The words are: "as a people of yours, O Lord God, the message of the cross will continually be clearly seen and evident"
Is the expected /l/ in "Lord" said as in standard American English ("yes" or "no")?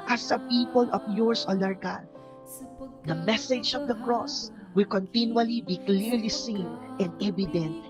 no